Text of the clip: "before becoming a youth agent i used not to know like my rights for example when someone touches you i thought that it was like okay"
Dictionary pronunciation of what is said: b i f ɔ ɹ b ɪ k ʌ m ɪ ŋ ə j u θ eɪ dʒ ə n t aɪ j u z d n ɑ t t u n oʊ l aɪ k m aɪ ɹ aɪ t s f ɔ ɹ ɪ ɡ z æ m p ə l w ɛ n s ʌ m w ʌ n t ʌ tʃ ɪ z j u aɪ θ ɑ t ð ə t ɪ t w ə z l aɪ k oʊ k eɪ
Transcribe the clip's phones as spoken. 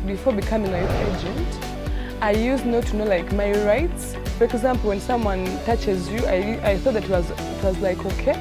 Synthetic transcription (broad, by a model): b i f ɔ ɹ b ɪ k ʌ m ɪ ŋ ə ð eɪ dʒ ə n t aɪ j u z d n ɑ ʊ t u n oʊ l aɪ k m aɪ ɹ aɪ t s f ɔ ɹ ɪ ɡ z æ m p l w ɛ n s ʌ m w ʌ n t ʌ tʃ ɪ z j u aɪ θ ɑ t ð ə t ɪ t w ə z l aɪ k oʊ k eɪ